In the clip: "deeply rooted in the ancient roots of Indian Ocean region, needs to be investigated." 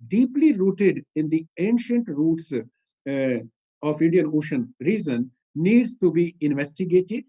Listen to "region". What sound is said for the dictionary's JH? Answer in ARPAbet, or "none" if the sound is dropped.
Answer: Z